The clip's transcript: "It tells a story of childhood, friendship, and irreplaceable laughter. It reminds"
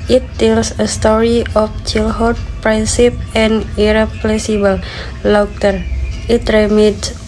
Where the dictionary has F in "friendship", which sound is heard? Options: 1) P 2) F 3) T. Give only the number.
1